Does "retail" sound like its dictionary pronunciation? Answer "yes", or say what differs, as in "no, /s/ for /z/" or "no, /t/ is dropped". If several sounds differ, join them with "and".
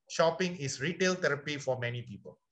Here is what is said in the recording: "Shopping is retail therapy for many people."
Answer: yes